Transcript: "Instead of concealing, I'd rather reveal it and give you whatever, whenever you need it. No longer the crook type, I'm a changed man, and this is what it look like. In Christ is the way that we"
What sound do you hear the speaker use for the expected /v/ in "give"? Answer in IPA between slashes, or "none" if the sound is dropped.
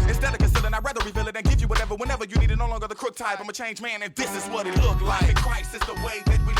/v/